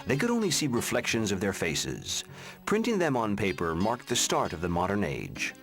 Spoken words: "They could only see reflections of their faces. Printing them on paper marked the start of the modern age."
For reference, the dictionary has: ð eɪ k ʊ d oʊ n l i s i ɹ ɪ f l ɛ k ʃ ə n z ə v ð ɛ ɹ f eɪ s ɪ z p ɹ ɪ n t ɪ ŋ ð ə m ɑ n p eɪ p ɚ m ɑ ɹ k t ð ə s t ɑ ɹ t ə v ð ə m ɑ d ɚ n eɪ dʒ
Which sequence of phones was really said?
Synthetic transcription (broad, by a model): ð eɪ k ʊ d oʊ n l i s i ɹ ɪ f l ɛ k ʃ ə n z ə v ð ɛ ɹ f eɪ s ɪ z p ɹ ɪ n t ɪ ŋ ð ə m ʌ n p eɪ p ɚ m ɑ ɹ k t ð ə s t ɑ ɹ t ə v ð ə m ɑ d ɚ n eɪ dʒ